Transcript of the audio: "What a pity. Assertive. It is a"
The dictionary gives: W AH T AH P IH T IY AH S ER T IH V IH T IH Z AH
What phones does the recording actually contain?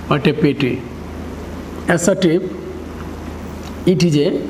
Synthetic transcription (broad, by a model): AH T AH P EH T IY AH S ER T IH P IH T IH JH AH